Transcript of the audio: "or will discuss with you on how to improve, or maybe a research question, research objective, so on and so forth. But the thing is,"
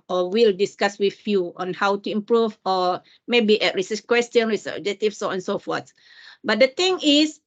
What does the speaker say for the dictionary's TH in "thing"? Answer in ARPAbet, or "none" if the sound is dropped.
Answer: T